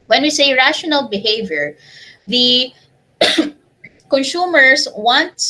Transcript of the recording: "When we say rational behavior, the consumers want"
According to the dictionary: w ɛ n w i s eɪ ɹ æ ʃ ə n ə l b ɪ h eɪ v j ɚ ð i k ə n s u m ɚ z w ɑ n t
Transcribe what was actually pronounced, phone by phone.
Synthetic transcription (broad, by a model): w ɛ n w i s eɪ ɹ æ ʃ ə n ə l b ɪ h eɪ v j ɚ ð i k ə n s u m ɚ s w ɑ n t